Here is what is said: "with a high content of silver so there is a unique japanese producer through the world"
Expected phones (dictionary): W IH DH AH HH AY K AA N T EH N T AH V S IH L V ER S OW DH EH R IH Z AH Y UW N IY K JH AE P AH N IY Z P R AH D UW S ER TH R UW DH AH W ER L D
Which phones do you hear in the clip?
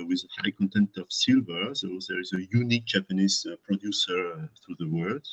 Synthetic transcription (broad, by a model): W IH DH AH HH AY K AA N T EH N T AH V S IH L V ER S OW DH EH R IH Z AH Y UW N IY K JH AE P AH N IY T P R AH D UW S ER TH R UW DH AH W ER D